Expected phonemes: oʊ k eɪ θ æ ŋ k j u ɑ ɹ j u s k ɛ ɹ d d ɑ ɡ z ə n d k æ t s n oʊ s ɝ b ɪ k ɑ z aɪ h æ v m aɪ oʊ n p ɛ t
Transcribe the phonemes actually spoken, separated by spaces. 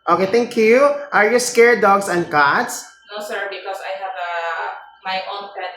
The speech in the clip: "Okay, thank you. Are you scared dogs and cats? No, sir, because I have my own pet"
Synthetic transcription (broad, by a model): oʊ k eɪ t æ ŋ k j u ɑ ɹ j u s k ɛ ɹ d d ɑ ɡ s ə n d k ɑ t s n oʊ s ɝ b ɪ k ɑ s aɪ h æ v m aɪ oʊ n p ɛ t